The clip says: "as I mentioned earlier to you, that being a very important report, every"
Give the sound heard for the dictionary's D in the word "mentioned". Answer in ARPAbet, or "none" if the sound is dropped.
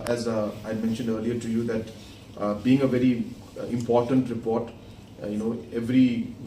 D